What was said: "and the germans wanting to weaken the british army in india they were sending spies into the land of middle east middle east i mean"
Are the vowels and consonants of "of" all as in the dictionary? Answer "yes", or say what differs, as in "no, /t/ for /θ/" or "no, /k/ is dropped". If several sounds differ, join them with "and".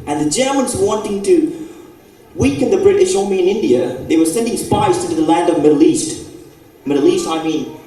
yes